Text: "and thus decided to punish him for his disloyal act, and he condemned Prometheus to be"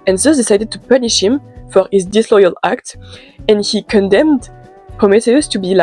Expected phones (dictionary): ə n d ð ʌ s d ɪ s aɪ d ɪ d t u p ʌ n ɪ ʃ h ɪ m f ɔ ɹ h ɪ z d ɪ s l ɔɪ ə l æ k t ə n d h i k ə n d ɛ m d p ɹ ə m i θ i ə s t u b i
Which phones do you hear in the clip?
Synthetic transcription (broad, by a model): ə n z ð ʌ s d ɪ s aɪ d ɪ d t u p ʌ n ɪ ʃ h ɪ m f ɔ ɹ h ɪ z d ɪ s l ɔɪ ə l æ k t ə n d h i k ə n d ɛ m d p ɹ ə m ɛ t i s t u b i